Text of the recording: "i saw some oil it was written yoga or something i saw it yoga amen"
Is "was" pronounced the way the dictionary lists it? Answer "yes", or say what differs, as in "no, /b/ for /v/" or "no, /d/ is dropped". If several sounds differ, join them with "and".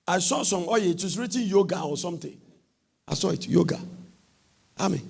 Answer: no, /s/ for /z/